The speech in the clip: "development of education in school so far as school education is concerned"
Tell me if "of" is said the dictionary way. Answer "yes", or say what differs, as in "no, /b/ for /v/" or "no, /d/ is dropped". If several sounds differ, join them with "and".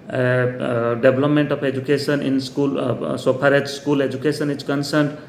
no, /p/ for /v/